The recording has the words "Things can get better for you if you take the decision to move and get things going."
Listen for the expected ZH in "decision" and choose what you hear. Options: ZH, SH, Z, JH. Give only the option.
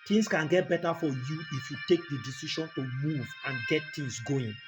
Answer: SH